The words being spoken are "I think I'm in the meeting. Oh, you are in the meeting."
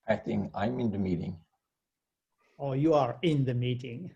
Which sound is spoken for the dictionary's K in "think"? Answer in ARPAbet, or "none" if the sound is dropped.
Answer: none